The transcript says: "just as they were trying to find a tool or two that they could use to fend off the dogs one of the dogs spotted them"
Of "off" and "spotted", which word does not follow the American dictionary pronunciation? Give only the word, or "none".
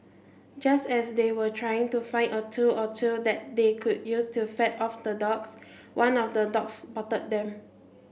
spotted